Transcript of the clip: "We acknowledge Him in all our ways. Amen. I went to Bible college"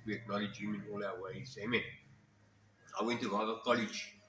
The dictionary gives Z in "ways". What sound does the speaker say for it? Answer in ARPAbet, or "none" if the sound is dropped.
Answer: S